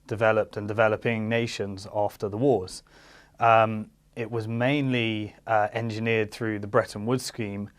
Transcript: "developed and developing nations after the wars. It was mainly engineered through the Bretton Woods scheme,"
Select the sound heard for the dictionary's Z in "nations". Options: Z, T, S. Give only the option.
Z